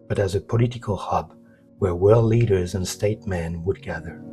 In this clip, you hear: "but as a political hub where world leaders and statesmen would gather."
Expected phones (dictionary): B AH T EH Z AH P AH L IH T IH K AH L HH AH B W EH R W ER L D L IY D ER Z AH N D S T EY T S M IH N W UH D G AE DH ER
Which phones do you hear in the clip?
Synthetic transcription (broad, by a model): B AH T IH Z AH P AH L IH T IH K AH L HH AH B W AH R W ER L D L IY D ER Z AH N S T EY T M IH N W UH D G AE DH ER